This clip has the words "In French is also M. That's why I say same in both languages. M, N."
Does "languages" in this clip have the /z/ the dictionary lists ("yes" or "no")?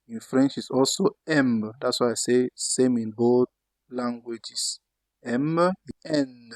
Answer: no